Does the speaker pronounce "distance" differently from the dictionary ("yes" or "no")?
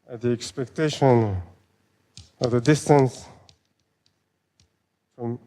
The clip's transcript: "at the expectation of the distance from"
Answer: no